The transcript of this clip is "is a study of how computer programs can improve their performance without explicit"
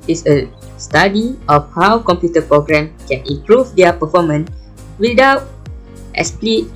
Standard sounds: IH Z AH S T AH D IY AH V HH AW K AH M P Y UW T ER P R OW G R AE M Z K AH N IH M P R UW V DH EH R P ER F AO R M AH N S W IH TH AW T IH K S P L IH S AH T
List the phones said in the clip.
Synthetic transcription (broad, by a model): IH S AH S T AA D IY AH F HH AW K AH M P Y UW T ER P R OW G R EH M K AH N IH M P R UW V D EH P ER F AO M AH N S W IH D AW T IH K S P L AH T